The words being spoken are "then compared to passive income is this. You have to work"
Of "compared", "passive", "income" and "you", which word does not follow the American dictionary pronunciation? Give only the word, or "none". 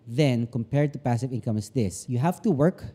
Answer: none